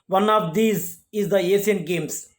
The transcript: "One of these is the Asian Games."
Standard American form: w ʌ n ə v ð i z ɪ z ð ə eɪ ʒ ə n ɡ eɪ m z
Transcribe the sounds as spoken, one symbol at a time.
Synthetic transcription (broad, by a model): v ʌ n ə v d i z ɪ z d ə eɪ s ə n ɡ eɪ m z